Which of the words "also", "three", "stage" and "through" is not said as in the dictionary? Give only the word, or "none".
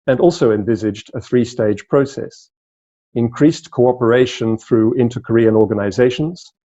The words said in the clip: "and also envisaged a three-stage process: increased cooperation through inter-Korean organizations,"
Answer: none